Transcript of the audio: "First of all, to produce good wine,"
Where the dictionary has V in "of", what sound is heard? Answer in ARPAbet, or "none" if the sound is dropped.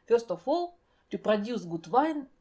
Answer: F